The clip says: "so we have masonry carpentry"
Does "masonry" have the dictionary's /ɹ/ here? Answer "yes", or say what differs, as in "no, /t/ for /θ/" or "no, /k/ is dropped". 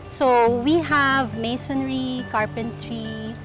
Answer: yes